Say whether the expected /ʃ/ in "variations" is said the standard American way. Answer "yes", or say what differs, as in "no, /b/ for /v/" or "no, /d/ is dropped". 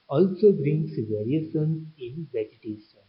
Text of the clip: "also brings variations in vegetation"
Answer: no, /s/ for /ʃ/